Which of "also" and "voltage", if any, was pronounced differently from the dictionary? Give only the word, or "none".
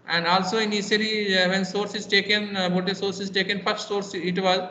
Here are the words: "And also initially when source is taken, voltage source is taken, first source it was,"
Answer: voltage